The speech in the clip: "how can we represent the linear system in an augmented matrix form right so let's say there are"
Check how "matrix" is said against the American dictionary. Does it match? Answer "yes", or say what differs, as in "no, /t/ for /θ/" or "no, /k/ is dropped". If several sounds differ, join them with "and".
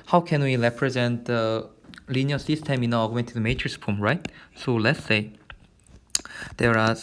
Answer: no, /k/ is dropped